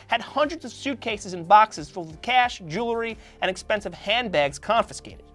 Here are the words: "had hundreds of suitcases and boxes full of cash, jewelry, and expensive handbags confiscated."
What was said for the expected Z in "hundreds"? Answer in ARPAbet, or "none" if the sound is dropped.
Z